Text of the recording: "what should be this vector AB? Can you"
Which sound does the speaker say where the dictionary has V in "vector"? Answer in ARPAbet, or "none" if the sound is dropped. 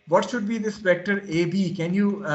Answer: P